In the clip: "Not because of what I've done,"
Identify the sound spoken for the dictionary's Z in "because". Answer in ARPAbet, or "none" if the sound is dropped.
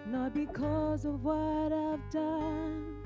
Z